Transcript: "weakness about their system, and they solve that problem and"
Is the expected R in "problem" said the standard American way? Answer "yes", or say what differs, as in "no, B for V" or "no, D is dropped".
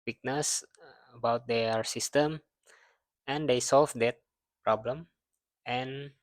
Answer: yes